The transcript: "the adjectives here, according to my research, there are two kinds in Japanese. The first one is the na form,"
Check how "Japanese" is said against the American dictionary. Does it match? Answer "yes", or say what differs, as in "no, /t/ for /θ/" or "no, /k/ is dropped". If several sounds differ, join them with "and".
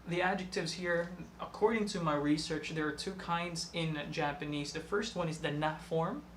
yes